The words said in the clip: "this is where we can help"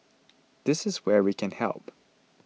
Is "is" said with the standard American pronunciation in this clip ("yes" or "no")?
yes